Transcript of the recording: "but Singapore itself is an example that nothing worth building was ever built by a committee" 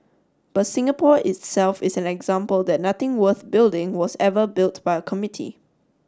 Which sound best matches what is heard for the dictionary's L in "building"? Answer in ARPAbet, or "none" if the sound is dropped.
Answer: L